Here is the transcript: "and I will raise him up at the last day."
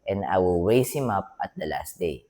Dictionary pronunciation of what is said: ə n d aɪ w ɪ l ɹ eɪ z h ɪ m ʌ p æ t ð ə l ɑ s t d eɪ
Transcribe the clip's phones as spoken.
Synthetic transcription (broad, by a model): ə n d aɪ w ɪ l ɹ eɪ s h ɪ m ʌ p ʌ t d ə l ɑ s t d eɪ